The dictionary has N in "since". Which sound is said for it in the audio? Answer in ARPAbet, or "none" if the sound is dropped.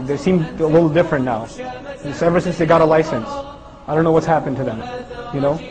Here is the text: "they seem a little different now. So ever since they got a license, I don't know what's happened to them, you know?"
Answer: N